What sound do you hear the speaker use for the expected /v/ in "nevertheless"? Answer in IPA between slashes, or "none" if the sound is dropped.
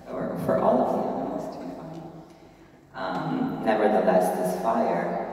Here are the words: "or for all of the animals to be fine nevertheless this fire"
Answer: /v/